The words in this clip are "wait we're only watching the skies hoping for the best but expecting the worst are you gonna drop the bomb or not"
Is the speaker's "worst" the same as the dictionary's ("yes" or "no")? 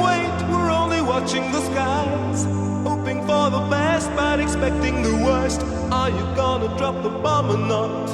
yes